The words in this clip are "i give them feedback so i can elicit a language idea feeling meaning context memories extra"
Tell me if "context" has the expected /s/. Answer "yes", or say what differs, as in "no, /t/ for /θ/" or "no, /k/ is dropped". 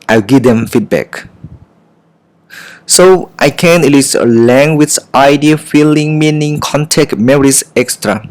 no, /s/ is dropped